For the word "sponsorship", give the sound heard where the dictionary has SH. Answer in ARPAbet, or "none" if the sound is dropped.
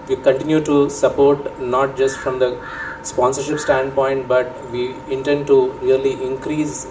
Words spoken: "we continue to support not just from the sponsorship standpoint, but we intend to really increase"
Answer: SH